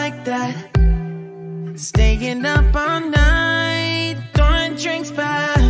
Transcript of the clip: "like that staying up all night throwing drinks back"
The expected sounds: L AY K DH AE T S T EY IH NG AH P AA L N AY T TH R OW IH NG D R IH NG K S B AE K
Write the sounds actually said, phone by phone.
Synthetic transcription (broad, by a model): AY K DH AE T S T EY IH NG AH P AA N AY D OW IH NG D R IH NG K S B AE